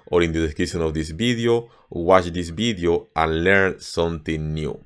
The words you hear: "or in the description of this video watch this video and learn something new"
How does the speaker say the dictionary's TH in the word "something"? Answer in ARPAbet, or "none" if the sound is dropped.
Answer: T